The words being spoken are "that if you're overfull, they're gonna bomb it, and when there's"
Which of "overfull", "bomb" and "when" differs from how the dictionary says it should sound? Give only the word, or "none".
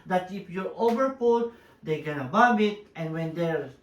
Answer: overfull